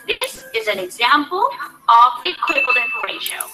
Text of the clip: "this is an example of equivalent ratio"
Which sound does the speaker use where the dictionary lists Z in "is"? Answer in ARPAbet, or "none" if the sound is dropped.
Z